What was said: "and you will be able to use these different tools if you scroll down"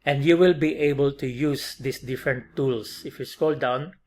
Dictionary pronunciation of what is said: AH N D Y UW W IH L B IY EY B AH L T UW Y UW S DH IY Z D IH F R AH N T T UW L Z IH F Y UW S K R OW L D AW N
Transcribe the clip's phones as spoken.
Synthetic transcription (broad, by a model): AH N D Y UW W IH L B IY EY B AH L T UW Y UW S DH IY S D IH F R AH N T T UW L S IH F Y UW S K OW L D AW N